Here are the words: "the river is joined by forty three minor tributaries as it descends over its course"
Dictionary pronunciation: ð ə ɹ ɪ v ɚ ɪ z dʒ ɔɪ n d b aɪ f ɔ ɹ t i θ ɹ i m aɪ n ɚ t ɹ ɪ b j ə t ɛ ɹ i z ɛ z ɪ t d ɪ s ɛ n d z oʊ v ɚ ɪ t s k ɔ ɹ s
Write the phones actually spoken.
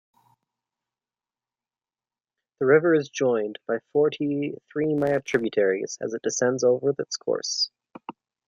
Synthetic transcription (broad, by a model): ð ə ɹ ɪ v ɚ ɪ z dʒ ɔɪ n b aɪ f ɔ ɹ t i θ ɹ i m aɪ ɚ t ɹ ɪ b j ə t ɛ ɹ i z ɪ z ɪ t d ɪ s ɛ n d z oʊ v ɚ ɪ t s k ɔ ɹ s